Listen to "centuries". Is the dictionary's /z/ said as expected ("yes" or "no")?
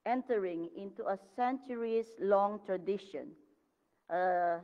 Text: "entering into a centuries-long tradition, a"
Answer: no